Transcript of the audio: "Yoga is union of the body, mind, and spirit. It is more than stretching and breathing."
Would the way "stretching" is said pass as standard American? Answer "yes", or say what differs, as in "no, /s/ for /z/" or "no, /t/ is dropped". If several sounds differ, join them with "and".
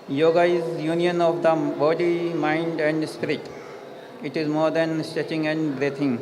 no, /ɹ/ is dropped